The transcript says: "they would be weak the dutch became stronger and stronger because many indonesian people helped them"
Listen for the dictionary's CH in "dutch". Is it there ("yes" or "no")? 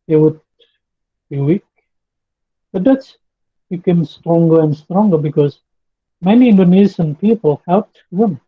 no